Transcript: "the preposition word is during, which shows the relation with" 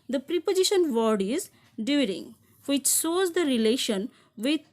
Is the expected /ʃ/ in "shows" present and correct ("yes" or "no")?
no